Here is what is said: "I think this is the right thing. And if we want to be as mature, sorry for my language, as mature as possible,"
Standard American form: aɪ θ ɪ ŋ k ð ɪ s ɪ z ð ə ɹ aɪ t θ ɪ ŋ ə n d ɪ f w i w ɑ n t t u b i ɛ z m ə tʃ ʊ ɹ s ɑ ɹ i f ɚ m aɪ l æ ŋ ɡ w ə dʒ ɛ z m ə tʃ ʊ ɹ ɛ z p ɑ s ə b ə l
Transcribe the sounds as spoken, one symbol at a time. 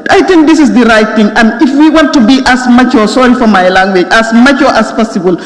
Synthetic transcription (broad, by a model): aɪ t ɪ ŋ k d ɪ s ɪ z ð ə ɹ aɪ t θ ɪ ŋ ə n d ɪ f w i w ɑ n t t u b i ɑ s m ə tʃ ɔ s ɑ ɹ i f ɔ m aɪ l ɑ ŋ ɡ w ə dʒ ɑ s m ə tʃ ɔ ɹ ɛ s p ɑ s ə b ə l